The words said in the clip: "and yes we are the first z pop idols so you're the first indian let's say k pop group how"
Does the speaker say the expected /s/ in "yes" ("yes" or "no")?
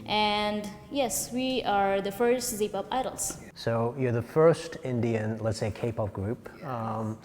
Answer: yes